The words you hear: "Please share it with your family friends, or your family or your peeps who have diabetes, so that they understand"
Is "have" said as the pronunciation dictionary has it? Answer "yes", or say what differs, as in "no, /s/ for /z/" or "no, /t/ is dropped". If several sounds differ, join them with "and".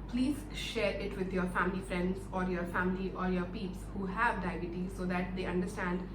yes